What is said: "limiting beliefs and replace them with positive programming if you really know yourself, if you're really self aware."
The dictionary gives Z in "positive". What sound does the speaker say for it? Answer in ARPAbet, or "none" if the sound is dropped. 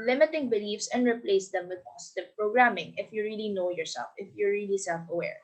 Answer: S